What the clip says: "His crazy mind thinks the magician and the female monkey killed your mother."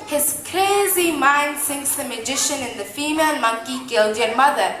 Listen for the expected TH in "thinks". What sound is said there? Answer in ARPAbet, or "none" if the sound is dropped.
S